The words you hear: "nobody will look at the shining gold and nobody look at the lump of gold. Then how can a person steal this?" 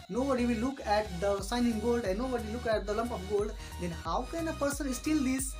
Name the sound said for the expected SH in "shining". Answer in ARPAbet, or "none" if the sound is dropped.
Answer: S